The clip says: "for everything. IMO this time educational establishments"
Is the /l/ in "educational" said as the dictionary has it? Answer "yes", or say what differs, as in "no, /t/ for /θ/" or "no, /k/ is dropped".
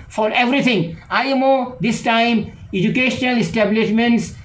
yes